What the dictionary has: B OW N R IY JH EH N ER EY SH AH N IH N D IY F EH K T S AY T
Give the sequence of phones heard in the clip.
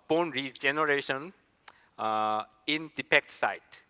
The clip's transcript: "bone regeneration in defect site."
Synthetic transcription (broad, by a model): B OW N R IY JH EH N ER EY SH AH N IH N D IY P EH K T S AY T